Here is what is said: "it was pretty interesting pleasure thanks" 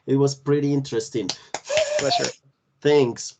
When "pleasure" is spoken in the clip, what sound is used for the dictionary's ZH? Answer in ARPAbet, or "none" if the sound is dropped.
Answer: SH